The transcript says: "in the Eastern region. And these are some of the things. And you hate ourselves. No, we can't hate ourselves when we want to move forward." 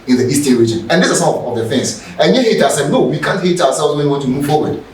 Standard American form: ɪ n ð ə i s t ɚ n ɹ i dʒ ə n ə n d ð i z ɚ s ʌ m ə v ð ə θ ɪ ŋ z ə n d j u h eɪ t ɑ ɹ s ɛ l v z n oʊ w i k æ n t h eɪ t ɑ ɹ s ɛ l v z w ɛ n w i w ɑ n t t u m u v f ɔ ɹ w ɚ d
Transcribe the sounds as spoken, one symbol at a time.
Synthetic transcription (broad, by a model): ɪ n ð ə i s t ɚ ɹ i dʒ ə n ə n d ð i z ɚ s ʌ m ə v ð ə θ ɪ ŋ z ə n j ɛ h eɪ t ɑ s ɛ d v n oʊ w i k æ n t h eɪ t ɑ w s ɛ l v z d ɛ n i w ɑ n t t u m u v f ɔ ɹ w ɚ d